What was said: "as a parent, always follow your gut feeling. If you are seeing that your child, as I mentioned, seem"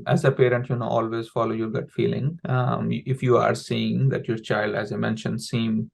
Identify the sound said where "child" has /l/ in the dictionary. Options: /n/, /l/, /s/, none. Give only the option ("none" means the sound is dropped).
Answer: /l/